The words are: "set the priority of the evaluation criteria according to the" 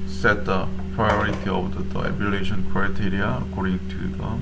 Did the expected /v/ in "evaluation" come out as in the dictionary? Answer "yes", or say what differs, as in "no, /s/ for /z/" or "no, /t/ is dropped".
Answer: no, /v/ is dropped